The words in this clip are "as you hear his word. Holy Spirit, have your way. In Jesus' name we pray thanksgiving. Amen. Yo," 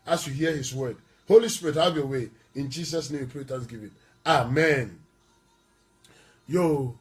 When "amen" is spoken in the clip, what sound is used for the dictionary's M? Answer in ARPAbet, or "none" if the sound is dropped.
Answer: M